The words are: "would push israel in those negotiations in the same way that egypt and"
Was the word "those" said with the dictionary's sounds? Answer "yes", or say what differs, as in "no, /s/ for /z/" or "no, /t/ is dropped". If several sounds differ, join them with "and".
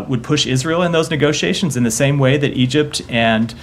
yes